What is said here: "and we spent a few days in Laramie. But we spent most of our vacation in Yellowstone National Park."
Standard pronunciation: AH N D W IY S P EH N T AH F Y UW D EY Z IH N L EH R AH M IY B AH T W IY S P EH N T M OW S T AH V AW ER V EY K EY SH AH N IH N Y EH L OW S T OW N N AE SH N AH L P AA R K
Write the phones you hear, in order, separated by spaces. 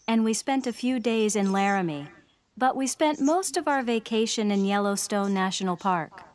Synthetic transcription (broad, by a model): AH N W IY S P EH N T AH F Y UW D EY Z IH N L EH R AH M IY B AH T W IY S P EH N T M OW S T AH V AW ER V EY K EY SH AH N IH N Y EH L OW S T OW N N AE SH N L P AA R K